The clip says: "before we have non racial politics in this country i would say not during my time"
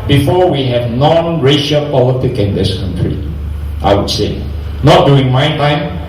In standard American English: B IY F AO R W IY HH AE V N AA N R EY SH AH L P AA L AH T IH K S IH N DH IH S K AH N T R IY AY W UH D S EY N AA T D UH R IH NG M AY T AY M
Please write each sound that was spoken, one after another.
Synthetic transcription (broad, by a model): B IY F AO W IY HH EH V N AA N R EY SH AH L P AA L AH T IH K IH N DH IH S K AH N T R IY AY W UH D S EY N AA T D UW IH NG M AY T AY M